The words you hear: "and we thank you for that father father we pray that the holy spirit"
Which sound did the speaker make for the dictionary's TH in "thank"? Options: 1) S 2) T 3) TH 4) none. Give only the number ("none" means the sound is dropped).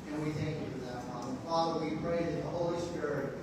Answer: 3